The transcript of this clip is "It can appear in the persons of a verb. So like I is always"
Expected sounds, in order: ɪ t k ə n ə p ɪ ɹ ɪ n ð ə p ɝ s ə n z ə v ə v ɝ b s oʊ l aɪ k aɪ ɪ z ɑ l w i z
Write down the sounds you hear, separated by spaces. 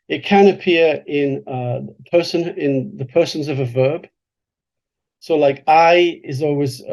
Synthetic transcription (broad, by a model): ɪ t k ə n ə p ɪ ɹ ɪ n ð ə p ɝ s ə n z ə v ə v ɝ b s oʊ l aɪ k aɪ ɪ z ɑ l w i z